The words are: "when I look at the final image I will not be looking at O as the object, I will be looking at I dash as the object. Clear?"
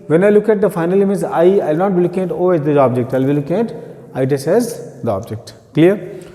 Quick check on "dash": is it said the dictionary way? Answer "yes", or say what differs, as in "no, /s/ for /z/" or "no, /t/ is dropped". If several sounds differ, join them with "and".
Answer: no, /s/ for /ʃ/